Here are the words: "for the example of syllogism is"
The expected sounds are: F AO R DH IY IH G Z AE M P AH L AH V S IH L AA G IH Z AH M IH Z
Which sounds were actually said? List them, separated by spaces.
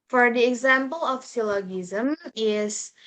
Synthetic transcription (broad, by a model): F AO R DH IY IH G Z AE M P AH L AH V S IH L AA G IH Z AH M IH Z